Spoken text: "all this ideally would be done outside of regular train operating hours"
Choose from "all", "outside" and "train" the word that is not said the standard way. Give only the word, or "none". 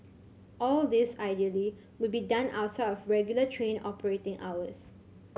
outside